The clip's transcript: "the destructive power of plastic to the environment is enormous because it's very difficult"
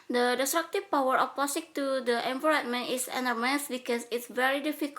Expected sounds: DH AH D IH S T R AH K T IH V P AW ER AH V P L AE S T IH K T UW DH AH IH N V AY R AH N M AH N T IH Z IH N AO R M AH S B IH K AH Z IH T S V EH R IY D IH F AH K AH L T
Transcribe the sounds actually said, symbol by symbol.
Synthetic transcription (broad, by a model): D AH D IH S T R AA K T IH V P AW ER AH F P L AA S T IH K T UW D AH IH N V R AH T M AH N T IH S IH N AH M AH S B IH K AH S IH T S V EH R IY D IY F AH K